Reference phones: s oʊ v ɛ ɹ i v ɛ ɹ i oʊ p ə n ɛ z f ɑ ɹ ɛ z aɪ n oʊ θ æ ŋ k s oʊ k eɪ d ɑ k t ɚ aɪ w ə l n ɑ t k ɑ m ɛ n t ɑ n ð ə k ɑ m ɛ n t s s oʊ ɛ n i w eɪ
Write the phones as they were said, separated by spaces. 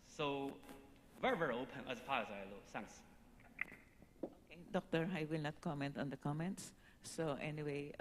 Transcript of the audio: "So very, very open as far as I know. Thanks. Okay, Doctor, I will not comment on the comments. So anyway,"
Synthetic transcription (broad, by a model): s oʊ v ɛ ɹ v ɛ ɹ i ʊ p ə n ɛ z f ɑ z aɪ l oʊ s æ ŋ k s oʊ k eɪ d ɑ k t ɚ aɪ w ə l n ɑ t k ɑ m ɛ n t ɑ n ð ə k ɑ m ɛ n t s s oʊ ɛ n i w eɪ